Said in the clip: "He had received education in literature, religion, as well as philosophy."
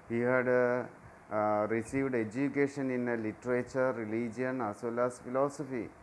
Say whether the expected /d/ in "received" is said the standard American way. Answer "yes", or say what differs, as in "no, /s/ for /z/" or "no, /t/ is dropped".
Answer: yes